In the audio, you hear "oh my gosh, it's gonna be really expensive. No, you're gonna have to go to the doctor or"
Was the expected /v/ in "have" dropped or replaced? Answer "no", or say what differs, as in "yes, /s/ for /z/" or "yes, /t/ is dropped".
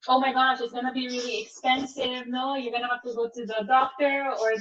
yes, /f/ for /v/